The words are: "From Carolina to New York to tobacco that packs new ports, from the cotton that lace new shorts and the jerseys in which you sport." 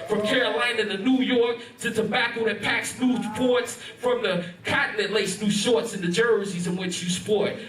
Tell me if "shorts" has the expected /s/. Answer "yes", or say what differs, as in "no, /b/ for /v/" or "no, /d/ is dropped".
yes